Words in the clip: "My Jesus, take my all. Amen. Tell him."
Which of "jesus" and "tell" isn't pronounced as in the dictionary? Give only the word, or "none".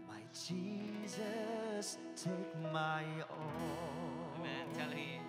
none